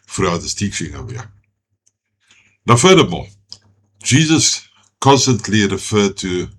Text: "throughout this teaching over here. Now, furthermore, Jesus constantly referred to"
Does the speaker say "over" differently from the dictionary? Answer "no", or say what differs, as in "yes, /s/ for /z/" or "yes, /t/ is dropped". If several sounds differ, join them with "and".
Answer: yes, /v/ is dropped